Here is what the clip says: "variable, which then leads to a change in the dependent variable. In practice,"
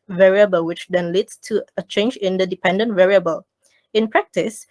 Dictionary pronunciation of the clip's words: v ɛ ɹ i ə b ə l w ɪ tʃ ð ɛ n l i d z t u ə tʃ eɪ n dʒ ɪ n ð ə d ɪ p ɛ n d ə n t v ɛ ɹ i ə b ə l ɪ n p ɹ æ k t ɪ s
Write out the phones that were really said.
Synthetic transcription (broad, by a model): v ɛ ɹ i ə b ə l w ɪ tʃ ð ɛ n l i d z t u ə tʃ eɪ n dʒ ɪ n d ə d ɪ p ɛ n d ə n t v ɛ ɹ i ə b ə l ɪ n p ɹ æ k t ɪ s